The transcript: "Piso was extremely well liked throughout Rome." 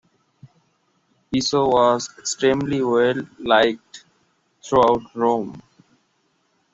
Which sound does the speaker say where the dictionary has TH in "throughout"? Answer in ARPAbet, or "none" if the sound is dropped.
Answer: T